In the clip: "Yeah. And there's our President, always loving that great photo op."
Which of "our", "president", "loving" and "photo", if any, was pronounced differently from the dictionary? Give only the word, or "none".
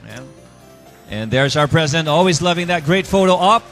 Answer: none